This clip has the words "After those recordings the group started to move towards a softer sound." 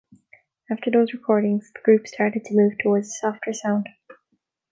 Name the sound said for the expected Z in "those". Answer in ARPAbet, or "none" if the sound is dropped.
Z